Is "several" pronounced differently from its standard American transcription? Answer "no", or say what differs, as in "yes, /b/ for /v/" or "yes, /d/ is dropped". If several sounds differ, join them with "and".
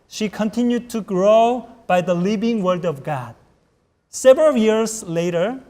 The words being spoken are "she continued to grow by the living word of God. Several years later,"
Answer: no